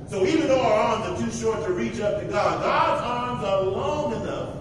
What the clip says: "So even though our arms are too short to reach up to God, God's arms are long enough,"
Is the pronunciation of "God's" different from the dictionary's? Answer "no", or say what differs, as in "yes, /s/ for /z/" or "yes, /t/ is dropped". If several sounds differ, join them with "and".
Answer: no